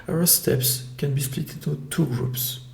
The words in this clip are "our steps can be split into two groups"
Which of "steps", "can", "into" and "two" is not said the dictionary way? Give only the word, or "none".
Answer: into